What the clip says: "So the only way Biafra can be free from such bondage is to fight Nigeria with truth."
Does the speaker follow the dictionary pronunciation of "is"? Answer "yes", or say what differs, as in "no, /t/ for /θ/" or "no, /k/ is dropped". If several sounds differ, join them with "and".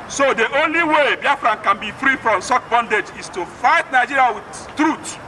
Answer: no, /s/ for /z/